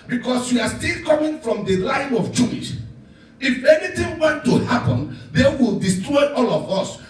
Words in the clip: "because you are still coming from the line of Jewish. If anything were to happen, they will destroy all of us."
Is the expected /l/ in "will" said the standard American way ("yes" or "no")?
yes